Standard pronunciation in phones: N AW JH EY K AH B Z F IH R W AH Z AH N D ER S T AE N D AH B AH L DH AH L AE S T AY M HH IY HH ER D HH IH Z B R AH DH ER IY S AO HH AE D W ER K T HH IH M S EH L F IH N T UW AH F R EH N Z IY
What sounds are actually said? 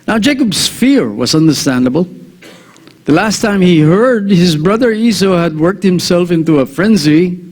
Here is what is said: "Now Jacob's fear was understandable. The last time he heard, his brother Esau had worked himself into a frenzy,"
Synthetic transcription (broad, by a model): N AW JH EY K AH B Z F IH R W AH Z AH N D ER S T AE N D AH B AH L DH AH L AE S T AY M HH IY HH ER D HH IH Z B R AH DH ER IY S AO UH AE D W ER K T HH IH M S EH L F IH N T UW AH F R EH N Z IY